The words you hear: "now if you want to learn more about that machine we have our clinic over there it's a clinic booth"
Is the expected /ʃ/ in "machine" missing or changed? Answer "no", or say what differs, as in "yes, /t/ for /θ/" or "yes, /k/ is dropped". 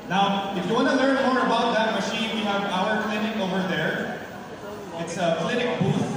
no